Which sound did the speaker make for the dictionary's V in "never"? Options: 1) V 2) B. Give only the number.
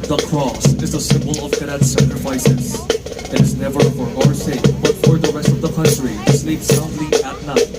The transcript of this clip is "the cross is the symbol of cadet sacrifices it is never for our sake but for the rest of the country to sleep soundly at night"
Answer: 1